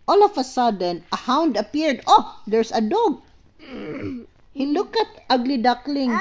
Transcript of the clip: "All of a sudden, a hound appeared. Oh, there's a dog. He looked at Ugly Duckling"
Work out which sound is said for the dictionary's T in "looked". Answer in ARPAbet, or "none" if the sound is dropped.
none